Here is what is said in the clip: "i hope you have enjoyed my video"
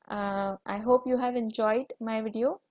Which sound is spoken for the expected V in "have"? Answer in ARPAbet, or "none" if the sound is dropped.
V